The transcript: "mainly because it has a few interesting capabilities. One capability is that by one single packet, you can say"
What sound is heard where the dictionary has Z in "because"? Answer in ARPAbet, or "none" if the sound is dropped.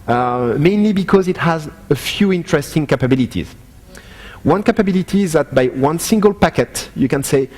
Z